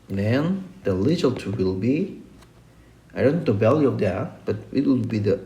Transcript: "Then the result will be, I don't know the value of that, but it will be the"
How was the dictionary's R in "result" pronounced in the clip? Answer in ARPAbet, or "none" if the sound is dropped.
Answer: L